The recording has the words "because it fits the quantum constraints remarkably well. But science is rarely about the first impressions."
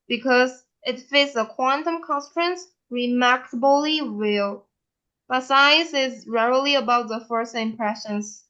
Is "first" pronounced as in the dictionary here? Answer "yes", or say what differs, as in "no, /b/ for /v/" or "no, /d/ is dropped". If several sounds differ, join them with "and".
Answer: no, /t/ is dropped